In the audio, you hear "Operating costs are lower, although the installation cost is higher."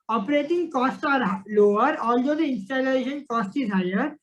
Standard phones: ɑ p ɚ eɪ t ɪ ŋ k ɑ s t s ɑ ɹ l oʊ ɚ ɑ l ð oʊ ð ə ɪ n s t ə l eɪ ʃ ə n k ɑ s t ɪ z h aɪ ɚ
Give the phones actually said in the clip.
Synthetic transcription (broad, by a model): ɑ p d eɪ t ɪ ŋ k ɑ s t ɑ ɹ l oʊ ɚ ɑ l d oʊ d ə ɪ n s t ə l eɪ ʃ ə n k ɑ s t ɪ z h aɪ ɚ